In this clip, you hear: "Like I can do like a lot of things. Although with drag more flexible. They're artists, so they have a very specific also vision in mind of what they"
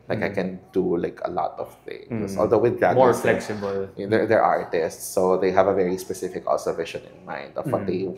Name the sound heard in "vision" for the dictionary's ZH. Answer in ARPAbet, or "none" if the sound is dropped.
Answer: SH